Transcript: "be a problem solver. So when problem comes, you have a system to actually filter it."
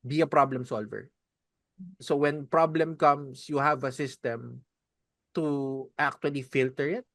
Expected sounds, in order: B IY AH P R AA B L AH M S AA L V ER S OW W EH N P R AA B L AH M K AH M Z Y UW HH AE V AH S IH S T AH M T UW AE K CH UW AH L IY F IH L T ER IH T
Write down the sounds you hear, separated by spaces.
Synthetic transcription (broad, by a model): B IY AH P R AA B L AH M S AA L V ER S OW W EH N P R AA B L AH M K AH M S Y UW HH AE V AH S IH S T AH M T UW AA K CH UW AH L IY F IH L T ER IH T